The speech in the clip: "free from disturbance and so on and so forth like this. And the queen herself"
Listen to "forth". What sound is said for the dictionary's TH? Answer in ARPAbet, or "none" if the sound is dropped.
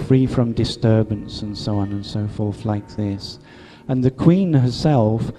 TH